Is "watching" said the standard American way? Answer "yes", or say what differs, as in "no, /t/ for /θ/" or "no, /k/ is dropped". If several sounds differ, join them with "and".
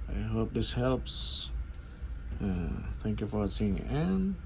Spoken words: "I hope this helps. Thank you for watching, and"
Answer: no, /tʃ/ is dropped